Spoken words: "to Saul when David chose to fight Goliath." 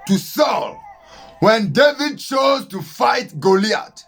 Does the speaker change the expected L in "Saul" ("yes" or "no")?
no